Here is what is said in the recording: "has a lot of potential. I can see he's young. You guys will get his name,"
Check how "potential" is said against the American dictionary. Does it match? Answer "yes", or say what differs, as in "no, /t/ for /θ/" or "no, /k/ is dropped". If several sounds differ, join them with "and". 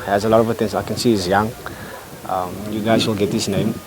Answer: no, /s/ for /ʃ/